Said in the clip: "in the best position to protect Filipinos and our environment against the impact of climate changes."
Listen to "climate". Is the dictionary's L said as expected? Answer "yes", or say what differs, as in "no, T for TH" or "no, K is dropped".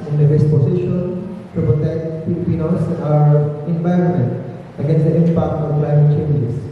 yes